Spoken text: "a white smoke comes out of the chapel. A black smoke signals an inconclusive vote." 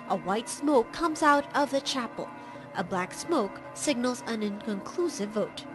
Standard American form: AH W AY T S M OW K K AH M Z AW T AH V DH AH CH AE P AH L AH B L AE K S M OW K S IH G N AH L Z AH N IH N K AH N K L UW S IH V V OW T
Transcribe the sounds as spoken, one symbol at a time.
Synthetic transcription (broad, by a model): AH W AY T S M OW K K AH M Z AW T AH V DH AH CH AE P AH L AH B L AE K S M OW K S IH G N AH L Z AH N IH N K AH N K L UW S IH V V OW T